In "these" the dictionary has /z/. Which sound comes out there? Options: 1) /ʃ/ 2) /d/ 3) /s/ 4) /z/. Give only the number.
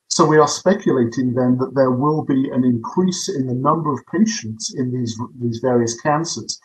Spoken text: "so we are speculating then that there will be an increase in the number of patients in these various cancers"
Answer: 4